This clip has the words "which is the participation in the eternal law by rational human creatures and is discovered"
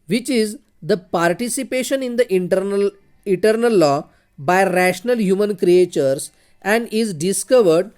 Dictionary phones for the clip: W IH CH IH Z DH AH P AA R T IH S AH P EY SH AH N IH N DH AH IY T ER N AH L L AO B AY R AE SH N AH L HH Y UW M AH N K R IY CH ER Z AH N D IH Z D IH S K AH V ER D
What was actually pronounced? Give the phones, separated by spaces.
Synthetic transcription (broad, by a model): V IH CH IH Z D AH P AA R T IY S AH P EY SH AH N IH N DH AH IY T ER N AH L L AO B AY R AE SH N AH L HH Y UW M AH N K R IY CH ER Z AH N D IH Z D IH S K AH V ER D